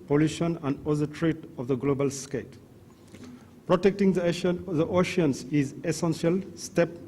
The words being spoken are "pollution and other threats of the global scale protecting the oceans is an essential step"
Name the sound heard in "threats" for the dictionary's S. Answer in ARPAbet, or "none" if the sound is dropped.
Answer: none